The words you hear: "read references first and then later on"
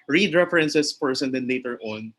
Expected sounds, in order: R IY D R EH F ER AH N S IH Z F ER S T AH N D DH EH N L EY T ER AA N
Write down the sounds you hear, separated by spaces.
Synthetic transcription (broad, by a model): R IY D R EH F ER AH N S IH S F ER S AH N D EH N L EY T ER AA N